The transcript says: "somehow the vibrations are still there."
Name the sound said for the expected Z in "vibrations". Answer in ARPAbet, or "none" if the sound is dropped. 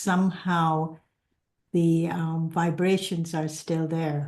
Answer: Z